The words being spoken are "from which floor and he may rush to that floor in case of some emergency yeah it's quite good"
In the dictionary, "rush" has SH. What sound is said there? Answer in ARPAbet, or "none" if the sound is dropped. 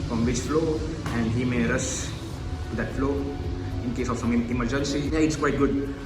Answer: S